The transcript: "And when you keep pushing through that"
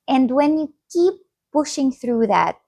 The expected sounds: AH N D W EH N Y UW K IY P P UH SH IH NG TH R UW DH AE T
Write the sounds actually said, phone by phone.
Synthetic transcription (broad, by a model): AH N D W EH N Y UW K IY P P UH SH IH NG TH R UW DH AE T